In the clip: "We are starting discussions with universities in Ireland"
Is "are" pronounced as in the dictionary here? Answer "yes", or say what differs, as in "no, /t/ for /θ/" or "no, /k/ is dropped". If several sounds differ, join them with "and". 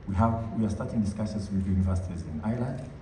no, /w/ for /ɹ/